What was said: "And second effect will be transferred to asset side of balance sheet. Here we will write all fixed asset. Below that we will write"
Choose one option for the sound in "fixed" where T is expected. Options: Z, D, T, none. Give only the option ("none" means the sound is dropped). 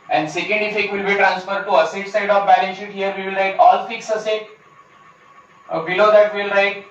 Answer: none